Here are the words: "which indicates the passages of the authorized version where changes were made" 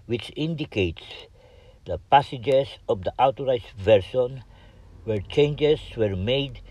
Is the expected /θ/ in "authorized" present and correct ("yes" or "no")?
no